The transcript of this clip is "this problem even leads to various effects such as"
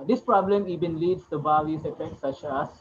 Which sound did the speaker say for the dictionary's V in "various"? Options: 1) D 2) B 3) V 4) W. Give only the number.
2